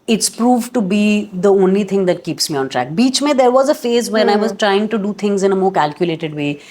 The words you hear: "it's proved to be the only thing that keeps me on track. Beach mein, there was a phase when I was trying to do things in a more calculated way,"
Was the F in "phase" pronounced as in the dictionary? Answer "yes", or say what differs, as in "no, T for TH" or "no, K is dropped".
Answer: yes